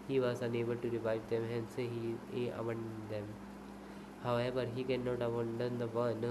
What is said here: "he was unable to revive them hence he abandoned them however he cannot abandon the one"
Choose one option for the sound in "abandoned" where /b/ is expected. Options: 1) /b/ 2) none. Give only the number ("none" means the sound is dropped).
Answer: 2